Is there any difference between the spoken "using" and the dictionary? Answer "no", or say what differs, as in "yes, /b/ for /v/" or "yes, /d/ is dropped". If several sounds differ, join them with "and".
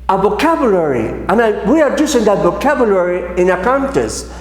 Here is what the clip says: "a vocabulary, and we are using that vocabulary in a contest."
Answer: yes, /s/ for /z/